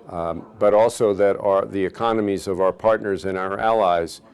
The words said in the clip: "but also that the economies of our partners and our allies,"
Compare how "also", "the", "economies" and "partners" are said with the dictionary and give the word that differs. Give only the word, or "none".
none